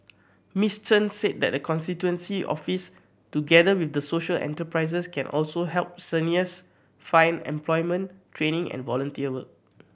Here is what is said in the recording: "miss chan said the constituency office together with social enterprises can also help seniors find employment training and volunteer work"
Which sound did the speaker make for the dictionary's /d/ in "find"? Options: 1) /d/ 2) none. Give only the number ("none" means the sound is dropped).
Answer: 2